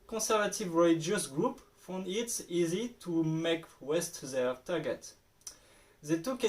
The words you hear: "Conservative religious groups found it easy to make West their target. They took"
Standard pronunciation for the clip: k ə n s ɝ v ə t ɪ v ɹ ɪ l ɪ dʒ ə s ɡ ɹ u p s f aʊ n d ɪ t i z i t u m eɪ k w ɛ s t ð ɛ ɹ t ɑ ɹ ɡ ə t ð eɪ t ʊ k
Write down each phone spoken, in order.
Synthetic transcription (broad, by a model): k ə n s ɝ v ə t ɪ v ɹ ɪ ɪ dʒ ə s ɡ ɹ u p f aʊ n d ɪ t i z i t u m eɪ k w ɛ s t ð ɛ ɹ t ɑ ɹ ɡ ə t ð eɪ t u k